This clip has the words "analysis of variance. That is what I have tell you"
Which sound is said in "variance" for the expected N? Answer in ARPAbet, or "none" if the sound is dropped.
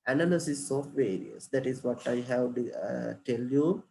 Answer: none